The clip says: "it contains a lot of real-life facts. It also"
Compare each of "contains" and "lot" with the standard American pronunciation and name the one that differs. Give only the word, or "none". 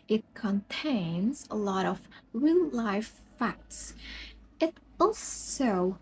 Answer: none